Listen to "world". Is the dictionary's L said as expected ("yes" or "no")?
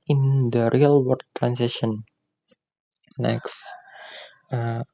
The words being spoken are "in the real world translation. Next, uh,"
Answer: no